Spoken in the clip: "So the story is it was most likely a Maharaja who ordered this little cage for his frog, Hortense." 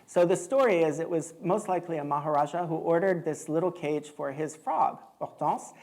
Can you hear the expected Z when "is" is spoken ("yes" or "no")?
yes